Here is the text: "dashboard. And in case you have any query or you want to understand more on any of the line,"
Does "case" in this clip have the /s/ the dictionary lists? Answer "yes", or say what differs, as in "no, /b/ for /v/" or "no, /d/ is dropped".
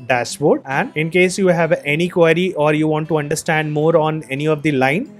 yes